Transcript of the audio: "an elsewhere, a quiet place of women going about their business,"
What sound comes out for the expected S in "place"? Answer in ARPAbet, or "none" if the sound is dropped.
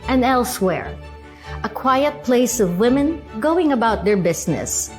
S